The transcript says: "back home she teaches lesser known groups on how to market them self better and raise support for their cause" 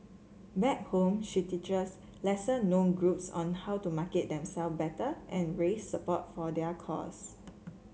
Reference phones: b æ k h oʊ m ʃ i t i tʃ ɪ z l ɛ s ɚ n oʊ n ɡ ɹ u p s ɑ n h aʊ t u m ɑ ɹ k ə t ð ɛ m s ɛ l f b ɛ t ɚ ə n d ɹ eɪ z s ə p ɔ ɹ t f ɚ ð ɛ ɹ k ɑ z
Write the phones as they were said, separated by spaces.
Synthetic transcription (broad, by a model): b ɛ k h oʊ m ʃ i t i tʃ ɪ s l ɛ s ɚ n oʊ n ɡ ɹ u p s ɑ n h aʊ t u m ɑ k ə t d ɛ m s ɛ l f b ɛ t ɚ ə n ɹ eɪ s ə p ɔ t f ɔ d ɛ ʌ k ɑ s